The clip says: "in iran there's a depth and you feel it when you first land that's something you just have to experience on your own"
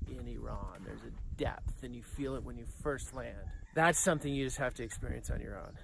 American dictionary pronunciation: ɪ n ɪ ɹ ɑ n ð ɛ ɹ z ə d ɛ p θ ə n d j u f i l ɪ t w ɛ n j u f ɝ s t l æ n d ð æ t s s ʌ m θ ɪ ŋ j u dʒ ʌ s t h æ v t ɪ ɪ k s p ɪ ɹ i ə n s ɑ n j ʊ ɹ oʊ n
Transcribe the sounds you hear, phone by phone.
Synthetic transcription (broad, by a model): ɪ n ɪ ɹ ɑ n ð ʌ ɹ z ə d ɛ p θ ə n j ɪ f i l ɪ t w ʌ n j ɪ f ɝ s t l æ n d ð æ t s s ʌ m θ ɪ ŋ j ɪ dʒ ʌ s t h æ f t ɪ ɪ k s p ɪ ɹ i ə n s n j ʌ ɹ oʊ n